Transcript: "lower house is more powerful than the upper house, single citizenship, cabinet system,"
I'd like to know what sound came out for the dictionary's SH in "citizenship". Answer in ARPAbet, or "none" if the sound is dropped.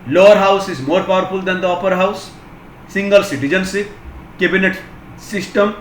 S